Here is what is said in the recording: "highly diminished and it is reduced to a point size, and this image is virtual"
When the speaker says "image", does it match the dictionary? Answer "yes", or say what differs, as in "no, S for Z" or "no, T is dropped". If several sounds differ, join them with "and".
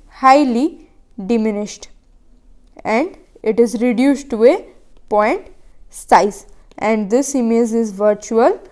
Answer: no, Z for JH